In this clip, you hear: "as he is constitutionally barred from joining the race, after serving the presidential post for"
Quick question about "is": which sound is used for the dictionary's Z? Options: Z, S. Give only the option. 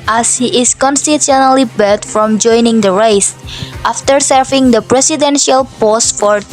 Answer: S